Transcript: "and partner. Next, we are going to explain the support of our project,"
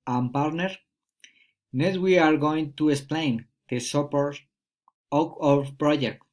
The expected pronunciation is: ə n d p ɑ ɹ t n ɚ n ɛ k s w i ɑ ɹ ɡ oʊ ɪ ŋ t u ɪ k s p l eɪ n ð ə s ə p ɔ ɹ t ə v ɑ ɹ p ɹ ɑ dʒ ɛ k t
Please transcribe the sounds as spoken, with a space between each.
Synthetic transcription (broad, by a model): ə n p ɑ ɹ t n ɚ n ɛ s w i ɑ ɹ ɡ oʊ ɪ ŋ t u ɪ k s p l eɪ n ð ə s ə p ɔ ɹ t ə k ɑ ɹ p ɹ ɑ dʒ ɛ k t